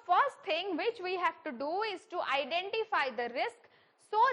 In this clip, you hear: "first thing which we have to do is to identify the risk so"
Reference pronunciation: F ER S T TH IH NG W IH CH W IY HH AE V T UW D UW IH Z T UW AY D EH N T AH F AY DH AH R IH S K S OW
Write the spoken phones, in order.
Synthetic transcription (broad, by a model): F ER S T T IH NG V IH CH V IY HH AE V T UW D UW IH Z T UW AY D EH N T AH F AY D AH R IH S K S OW